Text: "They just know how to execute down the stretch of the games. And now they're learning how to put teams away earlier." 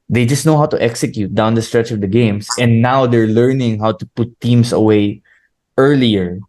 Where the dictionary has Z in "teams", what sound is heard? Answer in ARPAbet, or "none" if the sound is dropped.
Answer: S